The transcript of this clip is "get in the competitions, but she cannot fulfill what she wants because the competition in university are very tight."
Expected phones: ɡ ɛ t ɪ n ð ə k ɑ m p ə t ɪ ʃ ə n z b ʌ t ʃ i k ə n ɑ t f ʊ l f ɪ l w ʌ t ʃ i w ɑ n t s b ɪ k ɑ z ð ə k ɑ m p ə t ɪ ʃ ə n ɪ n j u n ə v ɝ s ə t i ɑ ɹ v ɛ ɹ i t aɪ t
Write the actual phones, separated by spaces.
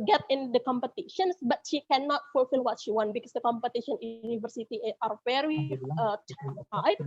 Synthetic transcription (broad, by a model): ɡ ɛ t ɪ n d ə k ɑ m p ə t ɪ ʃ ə n s b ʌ t ʃ i k ə n ɑ t f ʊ l f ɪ l w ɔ t ʃ i w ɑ n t b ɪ k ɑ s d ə k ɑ m p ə t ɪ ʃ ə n n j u n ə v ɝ s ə t i ɑ ɹ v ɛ ɹ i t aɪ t